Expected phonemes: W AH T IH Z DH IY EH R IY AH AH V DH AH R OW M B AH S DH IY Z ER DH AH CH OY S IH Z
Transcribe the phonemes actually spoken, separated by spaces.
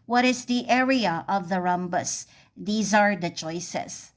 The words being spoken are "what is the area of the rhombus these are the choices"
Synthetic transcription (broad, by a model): W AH T IH Z DH IY EH R IY AH AH V DH AH R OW M B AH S DH IY Z ER DH AH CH OY S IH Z